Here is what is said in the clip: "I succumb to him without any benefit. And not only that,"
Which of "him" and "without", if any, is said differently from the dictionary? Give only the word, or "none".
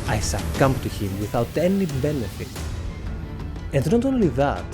none